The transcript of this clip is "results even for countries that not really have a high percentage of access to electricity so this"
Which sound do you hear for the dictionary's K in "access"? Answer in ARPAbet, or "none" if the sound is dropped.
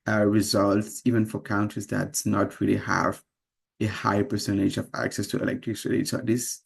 K